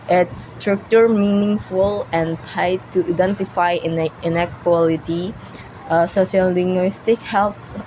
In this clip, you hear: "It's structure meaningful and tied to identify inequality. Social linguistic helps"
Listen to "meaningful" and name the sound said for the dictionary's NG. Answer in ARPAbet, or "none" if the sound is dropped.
NG